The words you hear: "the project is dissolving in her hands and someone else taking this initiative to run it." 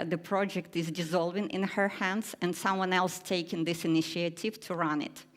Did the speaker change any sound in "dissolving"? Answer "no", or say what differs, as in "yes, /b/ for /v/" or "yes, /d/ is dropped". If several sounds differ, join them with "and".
no